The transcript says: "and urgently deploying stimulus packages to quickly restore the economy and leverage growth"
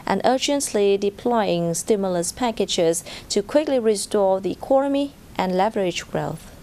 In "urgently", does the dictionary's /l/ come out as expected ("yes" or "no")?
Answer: yes